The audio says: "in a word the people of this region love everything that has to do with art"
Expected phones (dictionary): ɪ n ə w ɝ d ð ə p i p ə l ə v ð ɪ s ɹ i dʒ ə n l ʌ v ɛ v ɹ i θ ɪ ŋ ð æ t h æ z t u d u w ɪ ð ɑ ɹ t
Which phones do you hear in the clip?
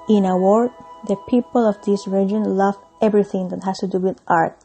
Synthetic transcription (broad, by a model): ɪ n ə w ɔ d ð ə p i p ə l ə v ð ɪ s ɹ i dʒ ə n l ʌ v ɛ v ɹ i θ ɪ ŋ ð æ t h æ s t u d u w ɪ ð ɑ ɹ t